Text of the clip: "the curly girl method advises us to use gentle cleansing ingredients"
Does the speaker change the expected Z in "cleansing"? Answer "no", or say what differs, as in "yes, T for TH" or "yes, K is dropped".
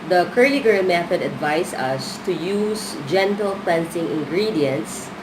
yes, S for Z